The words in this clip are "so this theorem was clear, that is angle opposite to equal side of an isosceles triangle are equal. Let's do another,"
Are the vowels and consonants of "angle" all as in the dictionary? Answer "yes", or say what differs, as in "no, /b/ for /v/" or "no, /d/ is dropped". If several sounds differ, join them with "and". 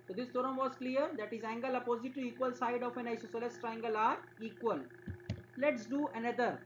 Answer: yes